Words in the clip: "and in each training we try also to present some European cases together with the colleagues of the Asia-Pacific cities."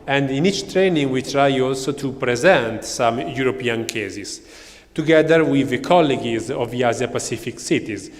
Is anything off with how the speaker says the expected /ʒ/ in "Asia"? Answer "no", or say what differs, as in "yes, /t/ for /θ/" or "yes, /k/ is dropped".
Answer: yes, /z/ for /ʒ/